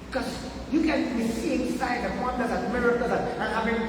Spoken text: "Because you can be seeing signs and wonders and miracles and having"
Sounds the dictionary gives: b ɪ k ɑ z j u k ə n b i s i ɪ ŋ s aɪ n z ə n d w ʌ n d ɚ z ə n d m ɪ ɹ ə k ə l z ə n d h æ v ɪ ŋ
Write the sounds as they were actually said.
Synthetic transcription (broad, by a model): k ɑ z j u k ə n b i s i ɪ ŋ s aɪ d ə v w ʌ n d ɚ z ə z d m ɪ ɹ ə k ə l ə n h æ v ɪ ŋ